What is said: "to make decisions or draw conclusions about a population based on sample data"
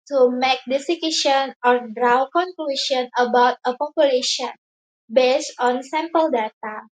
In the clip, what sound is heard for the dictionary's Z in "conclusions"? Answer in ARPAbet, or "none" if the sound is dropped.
none